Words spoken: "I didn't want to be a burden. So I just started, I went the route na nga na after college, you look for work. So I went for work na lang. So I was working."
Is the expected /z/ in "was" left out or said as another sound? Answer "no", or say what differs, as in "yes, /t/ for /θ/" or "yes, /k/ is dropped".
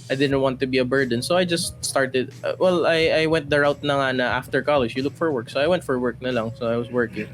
yes, /s/ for /z/